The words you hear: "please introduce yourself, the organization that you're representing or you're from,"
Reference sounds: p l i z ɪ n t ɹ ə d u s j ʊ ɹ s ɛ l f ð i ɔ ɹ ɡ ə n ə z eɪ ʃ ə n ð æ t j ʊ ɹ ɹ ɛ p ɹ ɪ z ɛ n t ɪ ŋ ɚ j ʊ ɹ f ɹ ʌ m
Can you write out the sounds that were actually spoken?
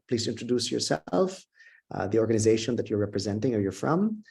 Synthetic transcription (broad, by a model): p l i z ɪ n t ɹ ə d u s j ʊ ɹ s ɛ l f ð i ɔ ɹ ɡ ə n ə z eɪ ʃ ə n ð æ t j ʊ ɹ ɹ ɛ p ɹ ɪ z ɛ n t ɪ ŋ ɚ j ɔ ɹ f ɹ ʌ m